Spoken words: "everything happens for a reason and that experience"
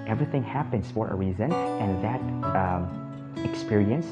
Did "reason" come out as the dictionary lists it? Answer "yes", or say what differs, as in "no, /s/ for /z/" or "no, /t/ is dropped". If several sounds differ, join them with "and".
yes